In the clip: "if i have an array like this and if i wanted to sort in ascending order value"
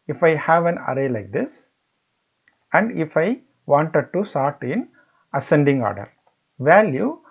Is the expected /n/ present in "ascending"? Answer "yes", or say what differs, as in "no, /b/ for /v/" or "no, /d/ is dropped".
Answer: yes